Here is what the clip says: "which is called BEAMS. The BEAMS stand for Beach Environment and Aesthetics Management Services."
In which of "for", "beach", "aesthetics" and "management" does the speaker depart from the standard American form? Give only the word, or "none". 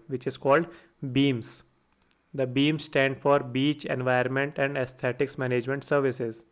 aesthetics